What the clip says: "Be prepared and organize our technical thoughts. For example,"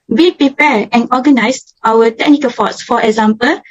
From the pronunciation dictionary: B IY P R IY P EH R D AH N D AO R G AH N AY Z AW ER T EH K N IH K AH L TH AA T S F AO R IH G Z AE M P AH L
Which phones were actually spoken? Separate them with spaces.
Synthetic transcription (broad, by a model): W IY P R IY P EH R AH N AO G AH N AY S AW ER T EH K N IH K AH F AA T S F AO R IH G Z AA M P AH L